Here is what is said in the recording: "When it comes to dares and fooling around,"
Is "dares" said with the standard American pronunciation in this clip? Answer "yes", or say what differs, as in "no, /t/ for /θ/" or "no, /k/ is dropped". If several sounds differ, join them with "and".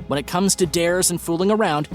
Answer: yes